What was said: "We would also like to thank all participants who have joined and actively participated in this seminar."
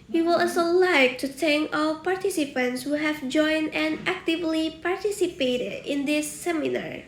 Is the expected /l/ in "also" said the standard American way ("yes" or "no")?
no